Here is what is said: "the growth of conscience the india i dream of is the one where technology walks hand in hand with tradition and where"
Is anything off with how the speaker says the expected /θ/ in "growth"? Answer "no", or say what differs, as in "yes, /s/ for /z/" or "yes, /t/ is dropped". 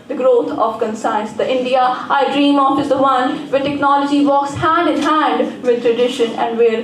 yes, /t/ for /θ/